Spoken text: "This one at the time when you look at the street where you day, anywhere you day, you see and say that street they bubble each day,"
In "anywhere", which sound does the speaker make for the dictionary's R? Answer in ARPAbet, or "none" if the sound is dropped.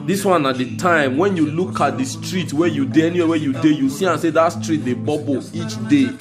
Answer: W